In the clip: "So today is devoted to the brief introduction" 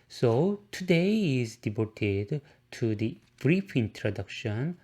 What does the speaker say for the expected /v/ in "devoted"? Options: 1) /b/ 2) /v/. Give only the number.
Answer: 1